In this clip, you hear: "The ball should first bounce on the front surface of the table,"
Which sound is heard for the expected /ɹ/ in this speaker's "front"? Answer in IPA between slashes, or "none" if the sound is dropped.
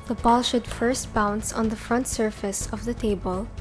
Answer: /ɹ/